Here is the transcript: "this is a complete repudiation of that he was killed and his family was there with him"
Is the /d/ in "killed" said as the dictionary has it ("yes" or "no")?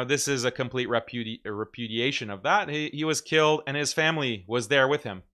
yes